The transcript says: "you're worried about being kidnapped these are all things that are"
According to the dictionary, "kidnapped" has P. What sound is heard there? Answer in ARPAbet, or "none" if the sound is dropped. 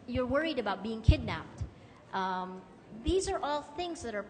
P